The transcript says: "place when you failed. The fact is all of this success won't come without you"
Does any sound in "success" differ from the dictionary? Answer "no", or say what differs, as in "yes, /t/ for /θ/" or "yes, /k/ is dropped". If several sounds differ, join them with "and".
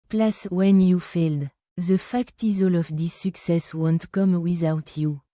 no